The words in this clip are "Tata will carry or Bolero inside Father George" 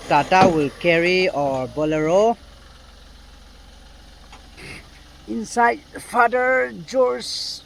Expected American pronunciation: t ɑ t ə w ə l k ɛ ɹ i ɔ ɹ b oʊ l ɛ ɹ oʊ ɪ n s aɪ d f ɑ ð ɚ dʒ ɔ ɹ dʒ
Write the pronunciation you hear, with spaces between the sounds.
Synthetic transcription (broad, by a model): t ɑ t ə w ə l k ɛ ɹ i ɔ ɹ b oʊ l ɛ ɹ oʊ ɪ n s aɪ d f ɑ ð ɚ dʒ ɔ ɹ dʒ